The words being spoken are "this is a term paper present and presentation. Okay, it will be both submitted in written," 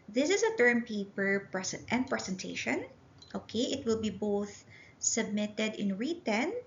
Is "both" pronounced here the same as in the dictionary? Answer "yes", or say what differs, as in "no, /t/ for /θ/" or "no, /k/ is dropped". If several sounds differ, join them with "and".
yes